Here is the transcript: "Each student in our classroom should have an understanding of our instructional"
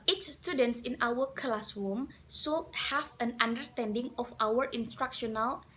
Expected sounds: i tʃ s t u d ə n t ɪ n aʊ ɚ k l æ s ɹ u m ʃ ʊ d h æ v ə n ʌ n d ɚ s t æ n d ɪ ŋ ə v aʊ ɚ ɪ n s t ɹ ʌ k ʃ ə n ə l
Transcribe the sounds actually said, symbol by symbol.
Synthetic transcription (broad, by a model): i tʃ s t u d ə n t ɪ n aʊ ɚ k l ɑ s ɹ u m s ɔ h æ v ə n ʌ n d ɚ s t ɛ n d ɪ ŋ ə f aʊ ɚ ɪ n s t ɹ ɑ k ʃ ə n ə l